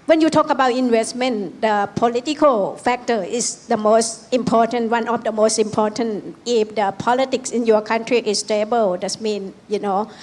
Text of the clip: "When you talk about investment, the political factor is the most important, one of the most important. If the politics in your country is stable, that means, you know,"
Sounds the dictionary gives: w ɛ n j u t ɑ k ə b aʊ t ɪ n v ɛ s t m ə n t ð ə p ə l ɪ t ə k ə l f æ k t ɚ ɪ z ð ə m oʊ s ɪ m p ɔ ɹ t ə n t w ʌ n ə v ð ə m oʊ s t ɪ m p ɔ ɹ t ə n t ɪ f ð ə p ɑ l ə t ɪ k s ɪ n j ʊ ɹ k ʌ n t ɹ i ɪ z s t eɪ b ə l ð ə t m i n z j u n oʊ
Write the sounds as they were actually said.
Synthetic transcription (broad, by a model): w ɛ n j u t ɑ k ə b aʊ t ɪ n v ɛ s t m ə n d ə p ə l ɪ t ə k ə l f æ k t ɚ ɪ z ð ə m oʊ s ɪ m p ɔ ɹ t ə n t w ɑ n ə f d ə m oʊ s t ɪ m p ɔ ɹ t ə n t ɪ f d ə p ɑ l ə t ɪ k s ɪ n j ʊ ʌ k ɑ n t ɹ i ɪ s t eɪ b ə l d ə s m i n j u n oʊ